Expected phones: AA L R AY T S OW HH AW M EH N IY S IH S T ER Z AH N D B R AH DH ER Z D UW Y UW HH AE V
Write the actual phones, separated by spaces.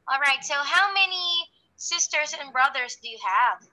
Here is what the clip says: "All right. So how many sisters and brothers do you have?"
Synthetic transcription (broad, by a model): AA L R AY T S OW HH AW M EH N IY S IH S T ER Z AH N B R AH DH ER Z D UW Y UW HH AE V